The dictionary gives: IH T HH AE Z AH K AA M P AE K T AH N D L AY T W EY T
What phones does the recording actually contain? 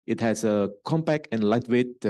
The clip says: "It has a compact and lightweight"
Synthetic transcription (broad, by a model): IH T HH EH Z AH K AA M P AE K AH N L AY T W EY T